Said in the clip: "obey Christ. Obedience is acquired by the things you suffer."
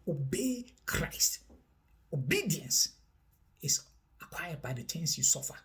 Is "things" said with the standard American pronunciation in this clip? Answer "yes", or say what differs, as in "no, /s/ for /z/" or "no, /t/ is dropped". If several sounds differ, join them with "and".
no, /t/ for /θ/